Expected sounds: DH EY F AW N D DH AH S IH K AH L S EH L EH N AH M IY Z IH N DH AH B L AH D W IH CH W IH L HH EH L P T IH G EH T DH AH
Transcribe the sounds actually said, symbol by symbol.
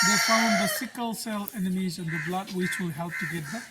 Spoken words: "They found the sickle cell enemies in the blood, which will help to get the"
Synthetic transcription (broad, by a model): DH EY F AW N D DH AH S IH K AH L S EH L EH N AH M IY Z IH N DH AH B L AH D W IH CH W IH L HH EH L P T IH G EH T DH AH